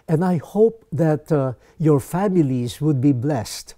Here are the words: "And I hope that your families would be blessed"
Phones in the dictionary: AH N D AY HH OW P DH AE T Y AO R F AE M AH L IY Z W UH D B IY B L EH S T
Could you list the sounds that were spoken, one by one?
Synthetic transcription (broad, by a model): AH N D AY HH OW P DH AE T Y AO R F AE M AH L IY Z W UH D B IY B L EH S T